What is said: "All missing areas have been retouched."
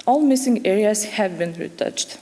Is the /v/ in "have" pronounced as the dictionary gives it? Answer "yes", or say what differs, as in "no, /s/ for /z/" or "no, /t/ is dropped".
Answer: yes